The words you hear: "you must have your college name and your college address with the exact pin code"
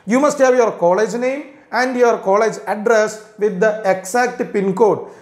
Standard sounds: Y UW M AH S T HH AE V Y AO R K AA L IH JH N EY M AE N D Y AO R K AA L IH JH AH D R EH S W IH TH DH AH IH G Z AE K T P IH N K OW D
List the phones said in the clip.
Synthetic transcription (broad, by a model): Y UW M AH S T HH AE V Y AO R K AA L IH JH N EY M AE N D Y AO R K AA L IH JH AH D R EH S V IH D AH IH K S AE K T P IH N K OW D